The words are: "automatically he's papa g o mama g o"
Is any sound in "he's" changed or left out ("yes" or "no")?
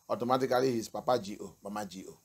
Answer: yes